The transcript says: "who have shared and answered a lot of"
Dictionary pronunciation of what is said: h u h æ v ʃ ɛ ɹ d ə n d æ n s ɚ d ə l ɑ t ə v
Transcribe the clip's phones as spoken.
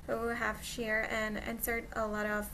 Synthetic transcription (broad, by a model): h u h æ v ʃ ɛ ɹ ə n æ n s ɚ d ə l ɑ t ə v